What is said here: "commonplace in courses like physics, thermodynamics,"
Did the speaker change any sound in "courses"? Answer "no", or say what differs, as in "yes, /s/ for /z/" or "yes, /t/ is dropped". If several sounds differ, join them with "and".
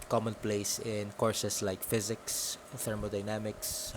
yes, /s/ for /z/